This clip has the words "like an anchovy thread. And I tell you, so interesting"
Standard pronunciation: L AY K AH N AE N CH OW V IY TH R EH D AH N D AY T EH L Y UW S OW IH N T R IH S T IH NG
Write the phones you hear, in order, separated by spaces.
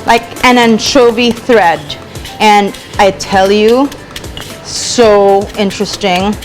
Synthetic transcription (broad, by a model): L AY K AH N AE N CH OW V IY TH R EH D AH N AY T EH L Y UW S OW IH N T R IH S T IH NG